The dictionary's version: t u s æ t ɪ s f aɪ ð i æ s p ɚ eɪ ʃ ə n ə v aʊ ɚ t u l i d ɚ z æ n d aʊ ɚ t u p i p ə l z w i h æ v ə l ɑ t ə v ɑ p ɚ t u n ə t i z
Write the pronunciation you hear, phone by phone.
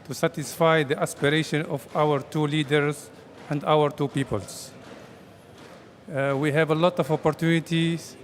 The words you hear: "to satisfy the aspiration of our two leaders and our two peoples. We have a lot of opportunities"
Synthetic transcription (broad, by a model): t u s æ t ɪ s f aɪ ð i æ s p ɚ eɪ ʃ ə n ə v aʊ ɚ t u l i d ɚ z æ n d aʊ ɚ t u p i p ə l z w i h æ v ə l ɑ t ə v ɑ p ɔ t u n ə t i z